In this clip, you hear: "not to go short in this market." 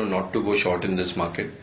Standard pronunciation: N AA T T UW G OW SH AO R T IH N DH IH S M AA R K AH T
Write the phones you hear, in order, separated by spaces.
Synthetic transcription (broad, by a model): N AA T T UW G OW SH AO R T IH N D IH S M AA R K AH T